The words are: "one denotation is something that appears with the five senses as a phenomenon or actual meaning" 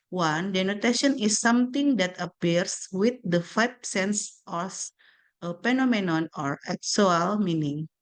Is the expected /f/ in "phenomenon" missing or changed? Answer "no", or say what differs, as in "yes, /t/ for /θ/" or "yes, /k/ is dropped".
yes, /p/ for /f/